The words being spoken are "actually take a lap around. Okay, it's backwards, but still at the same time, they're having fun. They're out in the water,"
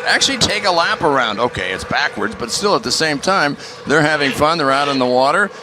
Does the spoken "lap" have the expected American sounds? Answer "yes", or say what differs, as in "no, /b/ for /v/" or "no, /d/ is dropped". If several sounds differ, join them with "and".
yes